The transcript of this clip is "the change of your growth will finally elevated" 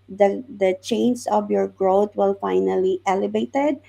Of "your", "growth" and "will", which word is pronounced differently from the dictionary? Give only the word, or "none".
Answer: growth